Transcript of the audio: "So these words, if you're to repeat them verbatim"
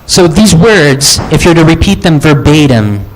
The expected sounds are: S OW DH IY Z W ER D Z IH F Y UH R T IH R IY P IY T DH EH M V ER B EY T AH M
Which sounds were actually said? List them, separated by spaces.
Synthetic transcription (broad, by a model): S OW DH IY Z W ER D Z IH F Y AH R T IH R IY P IY T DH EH M V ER B EY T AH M